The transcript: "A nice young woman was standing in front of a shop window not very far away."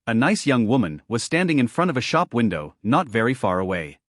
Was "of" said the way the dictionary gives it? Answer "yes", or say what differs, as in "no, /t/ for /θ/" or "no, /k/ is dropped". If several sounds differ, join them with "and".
yes